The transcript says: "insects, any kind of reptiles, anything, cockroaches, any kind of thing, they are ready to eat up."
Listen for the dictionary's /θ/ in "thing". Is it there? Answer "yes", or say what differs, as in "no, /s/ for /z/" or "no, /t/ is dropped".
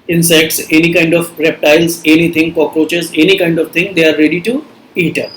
no, /t/ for /θ/